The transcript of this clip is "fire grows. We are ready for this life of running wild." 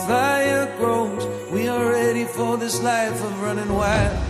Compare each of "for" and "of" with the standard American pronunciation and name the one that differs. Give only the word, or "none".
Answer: none